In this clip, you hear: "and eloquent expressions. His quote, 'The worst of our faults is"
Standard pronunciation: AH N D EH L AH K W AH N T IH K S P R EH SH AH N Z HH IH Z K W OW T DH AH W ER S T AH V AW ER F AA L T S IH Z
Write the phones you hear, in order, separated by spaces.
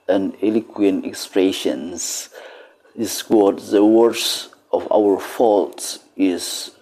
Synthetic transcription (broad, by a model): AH N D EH L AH K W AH N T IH K S P R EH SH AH N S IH S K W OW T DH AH W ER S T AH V AW ER F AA L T IH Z